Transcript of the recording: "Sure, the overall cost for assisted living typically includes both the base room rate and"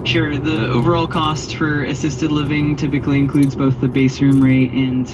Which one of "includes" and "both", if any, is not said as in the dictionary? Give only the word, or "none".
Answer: none